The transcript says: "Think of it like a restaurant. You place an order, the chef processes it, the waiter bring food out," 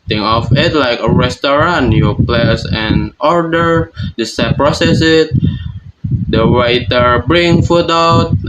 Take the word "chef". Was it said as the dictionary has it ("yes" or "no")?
no